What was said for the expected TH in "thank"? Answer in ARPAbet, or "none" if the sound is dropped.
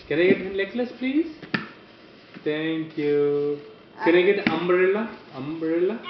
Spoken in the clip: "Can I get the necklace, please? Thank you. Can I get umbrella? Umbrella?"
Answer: T